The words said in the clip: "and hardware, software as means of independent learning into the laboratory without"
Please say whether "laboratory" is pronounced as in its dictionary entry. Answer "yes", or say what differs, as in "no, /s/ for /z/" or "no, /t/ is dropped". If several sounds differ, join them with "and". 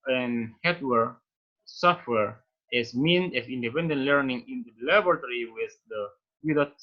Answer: no, /b/ is dropped